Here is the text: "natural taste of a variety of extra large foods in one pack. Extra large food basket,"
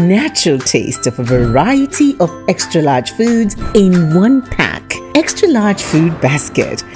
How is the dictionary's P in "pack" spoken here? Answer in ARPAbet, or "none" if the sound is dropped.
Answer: P